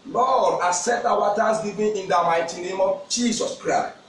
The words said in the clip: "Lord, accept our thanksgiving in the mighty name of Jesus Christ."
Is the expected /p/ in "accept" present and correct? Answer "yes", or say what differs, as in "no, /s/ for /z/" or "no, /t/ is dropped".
no, /p/ is dropped